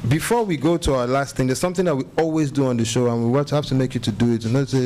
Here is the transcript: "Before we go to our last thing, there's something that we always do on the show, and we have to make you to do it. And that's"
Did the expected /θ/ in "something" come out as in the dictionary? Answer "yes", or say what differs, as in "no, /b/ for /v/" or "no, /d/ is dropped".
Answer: yes